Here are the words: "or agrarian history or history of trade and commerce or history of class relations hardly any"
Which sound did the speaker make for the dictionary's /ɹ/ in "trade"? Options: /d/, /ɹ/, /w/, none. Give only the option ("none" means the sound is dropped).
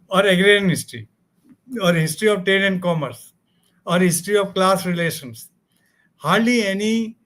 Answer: none